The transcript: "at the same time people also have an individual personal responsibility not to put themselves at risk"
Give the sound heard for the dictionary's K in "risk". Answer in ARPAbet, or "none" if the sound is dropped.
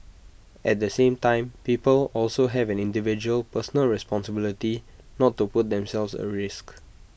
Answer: K